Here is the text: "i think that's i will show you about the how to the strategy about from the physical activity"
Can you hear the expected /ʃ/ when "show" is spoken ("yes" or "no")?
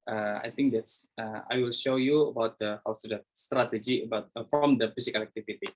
yes